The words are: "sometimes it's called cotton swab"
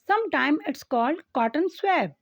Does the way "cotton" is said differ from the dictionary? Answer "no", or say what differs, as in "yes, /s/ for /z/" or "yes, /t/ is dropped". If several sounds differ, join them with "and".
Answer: no